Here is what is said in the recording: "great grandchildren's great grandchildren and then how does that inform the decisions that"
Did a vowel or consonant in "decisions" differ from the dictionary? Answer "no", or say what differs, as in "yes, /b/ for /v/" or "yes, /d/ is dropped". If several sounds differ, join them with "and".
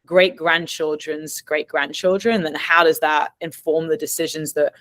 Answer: no